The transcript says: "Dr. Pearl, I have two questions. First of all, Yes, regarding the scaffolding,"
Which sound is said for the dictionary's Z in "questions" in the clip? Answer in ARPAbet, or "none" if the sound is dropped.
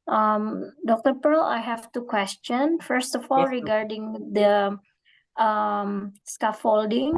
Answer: none